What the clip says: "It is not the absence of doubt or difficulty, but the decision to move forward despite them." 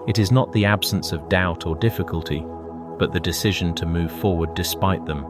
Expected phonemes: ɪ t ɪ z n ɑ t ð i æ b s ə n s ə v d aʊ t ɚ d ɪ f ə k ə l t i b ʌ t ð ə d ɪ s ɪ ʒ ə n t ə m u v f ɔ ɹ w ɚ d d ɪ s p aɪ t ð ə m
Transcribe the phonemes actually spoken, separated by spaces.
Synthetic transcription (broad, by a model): ɪ t ɪ z n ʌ t ð i æ b s ə n s ə v d aʊ t ɚ d ɪ f ə k ə l t i b ʌ t ð ə d ɪ s ɪ ʒ ə n t ə m u v f ɔ ɹ w ɚ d d ɪ s p aɪ t ð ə m